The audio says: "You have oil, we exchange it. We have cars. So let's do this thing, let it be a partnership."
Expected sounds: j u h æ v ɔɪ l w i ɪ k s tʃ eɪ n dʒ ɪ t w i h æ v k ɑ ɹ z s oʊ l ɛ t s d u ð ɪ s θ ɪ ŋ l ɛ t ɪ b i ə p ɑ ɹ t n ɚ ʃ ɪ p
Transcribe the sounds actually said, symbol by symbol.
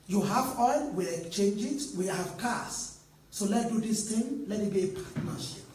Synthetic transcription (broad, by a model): j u h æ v ɔɪ l w i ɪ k tʃ eɪ n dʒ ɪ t w i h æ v k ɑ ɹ s oʊ l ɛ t d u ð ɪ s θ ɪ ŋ l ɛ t ɪ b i p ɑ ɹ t n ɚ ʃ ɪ p